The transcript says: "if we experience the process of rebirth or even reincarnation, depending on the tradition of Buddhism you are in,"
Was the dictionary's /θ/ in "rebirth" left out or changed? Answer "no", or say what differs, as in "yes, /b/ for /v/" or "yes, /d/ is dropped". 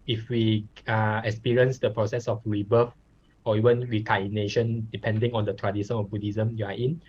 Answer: yes, /f/ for /θ/